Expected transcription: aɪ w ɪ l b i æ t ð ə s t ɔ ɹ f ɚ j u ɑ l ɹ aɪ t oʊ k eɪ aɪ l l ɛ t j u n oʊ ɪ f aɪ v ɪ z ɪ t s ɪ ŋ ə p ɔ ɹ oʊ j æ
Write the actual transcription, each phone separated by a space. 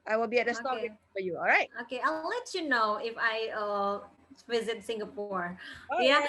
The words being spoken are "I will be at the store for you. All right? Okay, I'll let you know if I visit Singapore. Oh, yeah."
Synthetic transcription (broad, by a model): aɪ w ɪ l b i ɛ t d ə s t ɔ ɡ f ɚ j u ɑ l ɹ aɪ t oʊ k eɪ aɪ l l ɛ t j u n oʊ ɪ f aɪ v ɪ z ɪ t s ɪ ŋ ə p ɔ ɹ oʊ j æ